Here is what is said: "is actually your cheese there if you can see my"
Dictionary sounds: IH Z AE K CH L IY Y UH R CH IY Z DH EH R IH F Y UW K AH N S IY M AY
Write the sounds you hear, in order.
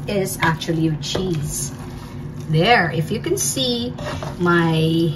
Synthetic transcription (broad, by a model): IH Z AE K CH IY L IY CH IY Z DH EH R IH F Y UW K AH N S IY M AY